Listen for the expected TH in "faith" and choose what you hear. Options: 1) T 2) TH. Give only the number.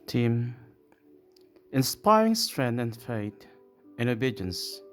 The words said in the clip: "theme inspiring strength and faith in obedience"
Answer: 1